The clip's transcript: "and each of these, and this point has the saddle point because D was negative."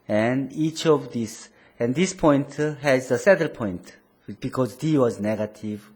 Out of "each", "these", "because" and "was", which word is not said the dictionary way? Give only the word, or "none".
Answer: these